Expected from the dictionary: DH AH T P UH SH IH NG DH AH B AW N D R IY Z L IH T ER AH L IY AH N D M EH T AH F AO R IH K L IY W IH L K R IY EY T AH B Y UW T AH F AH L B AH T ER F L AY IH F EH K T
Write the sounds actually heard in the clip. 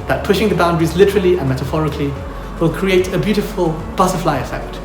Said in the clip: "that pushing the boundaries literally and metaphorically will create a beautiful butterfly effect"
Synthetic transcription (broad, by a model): DH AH T P UH SH IH NG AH B AW N D R IY Z L IH T ER AH L IY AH N M EH T AH F AO R IH K L IY W IH L K R IY EY T AH B Y UW T AH F AH L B AH S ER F L AY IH F EH K T